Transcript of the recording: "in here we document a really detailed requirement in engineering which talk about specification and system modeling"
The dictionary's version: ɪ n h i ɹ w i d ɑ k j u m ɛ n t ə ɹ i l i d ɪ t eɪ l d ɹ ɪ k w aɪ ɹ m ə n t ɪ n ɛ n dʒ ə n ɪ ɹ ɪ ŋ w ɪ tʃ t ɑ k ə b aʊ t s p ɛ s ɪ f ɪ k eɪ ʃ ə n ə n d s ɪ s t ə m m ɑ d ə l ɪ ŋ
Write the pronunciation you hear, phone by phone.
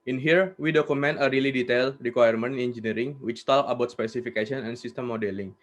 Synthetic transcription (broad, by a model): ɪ n h i ɹ w i d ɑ k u m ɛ n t ə ɹ i l i d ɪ t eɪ l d ɹ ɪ k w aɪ ɹ m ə n ɪ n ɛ n dʒ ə n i ɹ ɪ ŋ w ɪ tʃ t ɑ k ə b aʊ t s p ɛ s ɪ f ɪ k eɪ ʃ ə n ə n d s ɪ s t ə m m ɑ d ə l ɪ ŋ